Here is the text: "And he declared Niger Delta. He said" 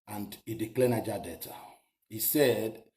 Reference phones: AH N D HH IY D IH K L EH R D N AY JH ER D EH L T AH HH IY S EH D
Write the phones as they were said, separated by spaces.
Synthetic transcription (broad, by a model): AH N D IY D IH K L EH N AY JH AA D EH T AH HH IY S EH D